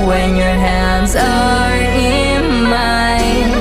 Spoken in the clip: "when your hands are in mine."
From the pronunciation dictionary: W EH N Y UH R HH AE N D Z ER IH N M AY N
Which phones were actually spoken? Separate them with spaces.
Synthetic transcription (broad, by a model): W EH N Y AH R HH AE N D Z ER IH N M AY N